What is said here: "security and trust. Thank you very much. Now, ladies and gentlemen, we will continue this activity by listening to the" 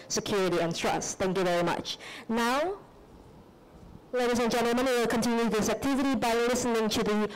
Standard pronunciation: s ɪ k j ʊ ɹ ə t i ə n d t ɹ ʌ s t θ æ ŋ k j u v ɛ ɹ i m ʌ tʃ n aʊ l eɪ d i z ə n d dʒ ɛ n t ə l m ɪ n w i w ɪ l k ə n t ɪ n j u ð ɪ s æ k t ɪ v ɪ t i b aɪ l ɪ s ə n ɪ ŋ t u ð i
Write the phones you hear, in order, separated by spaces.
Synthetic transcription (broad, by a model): s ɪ k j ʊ ɹ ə t i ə n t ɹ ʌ s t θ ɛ ŋ k j u v ɛ ɹ i m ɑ tʃ n aʊ l eɪ d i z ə n dʒ ɛ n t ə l m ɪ n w w ɪ l k ə n t ɪ n j u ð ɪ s æ k t ɪ v ɪ t i b aɪ l ɪ s ə n ɪ ŋ t u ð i